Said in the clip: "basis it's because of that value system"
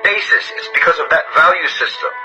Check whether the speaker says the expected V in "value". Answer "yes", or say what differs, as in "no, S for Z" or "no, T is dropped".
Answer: yes